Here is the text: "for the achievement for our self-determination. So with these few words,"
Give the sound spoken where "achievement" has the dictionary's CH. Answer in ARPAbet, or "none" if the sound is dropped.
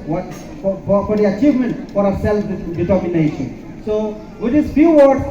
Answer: CH